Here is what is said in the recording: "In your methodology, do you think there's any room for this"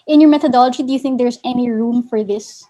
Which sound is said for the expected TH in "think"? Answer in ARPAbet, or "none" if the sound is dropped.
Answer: TH